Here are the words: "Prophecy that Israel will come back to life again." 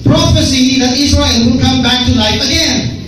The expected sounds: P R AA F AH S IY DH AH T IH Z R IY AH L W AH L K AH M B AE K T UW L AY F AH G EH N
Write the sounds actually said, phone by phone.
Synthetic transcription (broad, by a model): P R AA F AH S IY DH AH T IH S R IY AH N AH N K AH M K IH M T UW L AY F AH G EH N